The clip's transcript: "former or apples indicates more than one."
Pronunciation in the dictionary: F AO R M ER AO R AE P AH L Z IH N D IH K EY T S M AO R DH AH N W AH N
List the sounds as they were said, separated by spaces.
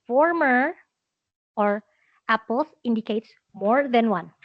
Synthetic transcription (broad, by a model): F AO R M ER AO R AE P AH L S IH N D IH K EY T S M AO R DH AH N W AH N